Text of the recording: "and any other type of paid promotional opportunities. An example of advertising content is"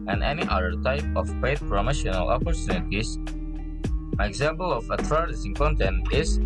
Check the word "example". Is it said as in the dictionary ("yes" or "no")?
yes